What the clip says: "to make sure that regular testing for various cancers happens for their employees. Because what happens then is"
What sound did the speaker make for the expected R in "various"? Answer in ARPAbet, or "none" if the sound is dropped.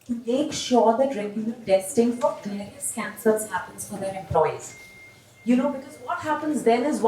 none